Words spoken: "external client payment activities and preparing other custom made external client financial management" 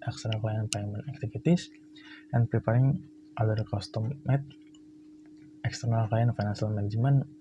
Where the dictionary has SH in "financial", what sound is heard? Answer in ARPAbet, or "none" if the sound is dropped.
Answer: S